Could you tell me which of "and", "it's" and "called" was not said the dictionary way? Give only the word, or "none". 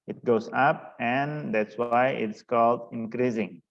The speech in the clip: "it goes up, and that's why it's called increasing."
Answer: none